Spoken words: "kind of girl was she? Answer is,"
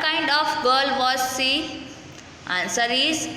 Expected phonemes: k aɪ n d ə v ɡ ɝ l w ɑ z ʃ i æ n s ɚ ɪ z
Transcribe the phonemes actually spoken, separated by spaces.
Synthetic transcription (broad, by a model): k aɪ n d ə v ɡ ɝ l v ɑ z s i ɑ n s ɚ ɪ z